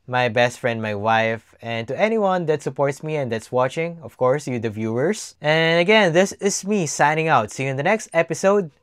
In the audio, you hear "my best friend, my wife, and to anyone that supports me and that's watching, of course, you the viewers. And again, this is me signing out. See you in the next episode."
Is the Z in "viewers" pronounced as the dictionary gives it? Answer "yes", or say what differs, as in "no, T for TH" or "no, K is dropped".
no, S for Z